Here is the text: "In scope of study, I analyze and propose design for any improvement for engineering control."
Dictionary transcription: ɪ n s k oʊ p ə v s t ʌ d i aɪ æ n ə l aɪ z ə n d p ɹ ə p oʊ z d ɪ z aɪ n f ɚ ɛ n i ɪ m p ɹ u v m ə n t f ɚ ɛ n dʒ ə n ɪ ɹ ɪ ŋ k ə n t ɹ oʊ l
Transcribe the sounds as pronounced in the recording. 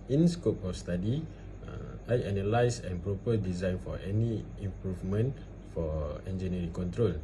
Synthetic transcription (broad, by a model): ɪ n s k oʊ p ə f s t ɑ d i aɪ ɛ n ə l aɪ s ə n p ɹ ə p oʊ d ɪ z aɪ n f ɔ ɛ n i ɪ m p ɹ u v m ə n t f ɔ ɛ n dʒ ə n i ɹ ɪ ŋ k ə n t ɹ oʊ l